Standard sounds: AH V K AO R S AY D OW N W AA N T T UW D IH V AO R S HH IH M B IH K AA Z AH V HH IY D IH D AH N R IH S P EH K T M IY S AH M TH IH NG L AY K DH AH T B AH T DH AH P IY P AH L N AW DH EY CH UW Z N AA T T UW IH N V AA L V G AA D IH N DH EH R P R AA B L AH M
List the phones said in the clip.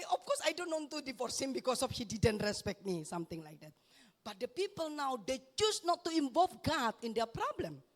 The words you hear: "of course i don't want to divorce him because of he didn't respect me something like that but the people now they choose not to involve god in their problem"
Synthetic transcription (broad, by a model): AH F K AO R S AY D OW N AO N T T UW D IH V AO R S HH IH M B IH K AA S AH F HH IY D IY D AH N R IH S P EH K T M IY S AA M T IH NG L AY K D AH T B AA T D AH P IY P AH L N AW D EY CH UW S N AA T T UW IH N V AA L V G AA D IH N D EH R P R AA B L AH M